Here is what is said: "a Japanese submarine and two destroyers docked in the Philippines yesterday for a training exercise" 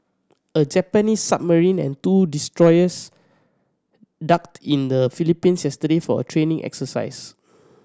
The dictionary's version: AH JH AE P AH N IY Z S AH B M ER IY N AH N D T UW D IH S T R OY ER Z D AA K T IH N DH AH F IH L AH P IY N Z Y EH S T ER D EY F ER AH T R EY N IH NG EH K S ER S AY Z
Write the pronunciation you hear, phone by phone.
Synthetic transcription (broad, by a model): AH JH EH P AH N IY S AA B M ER IY N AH N T UW D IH S T R OY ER S D AA K T IH N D AH F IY L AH P IY N S Y EH S T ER D EY F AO AH T R EY N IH NG EH K S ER S AY S